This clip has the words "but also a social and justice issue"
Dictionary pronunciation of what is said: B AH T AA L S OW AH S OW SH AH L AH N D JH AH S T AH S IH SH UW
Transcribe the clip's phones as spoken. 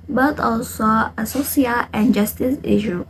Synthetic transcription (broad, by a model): B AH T AA L S OW AH S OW S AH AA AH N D JH AH S T AH S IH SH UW